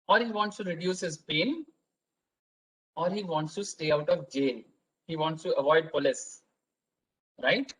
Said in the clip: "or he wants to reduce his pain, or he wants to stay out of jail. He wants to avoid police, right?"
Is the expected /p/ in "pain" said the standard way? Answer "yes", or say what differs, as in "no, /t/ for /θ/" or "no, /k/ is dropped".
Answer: yes